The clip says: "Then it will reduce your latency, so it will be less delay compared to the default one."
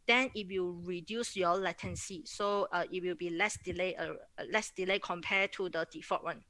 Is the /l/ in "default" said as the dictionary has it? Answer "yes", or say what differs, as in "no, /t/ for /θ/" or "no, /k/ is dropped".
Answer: no, /l/ is dropped